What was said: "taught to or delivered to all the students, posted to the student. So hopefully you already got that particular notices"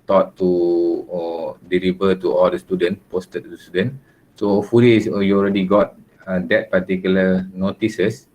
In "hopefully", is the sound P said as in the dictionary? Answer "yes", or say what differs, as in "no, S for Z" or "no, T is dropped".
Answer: no, P is dropped